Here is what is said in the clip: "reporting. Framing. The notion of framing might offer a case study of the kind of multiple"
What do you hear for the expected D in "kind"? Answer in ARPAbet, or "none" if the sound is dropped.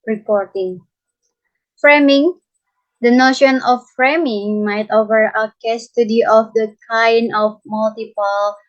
none